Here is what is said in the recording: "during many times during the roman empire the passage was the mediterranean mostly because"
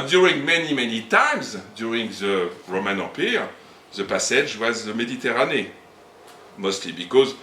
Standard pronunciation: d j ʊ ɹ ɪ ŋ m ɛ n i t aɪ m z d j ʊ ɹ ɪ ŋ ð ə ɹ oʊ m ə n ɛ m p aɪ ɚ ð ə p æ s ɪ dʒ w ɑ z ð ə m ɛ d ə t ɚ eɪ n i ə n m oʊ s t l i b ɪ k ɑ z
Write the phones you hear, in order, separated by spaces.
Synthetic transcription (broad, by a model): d j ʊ ɹ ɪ ŋ m ɛ n i t aɪ m z d j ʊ ɹ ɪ ŋ ð ə ɹ oʊ m ə n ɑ p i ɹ ð ə p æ s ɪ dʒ w ɑ z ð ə m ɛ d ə t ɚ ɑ n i m oʊ s t l i b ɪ k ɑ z